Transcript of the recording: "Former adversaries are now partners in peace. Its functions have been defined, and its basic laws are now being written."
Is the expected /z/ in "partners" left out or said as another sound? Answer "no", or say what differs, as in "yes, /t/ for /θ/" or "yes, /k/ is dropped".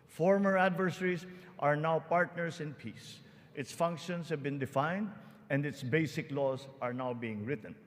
yes, /s/ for /z/